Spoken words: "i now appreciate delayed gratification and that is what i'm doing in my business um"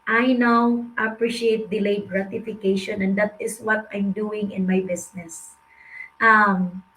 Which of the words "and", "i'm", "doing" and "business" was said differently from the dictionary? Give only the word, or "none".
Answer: business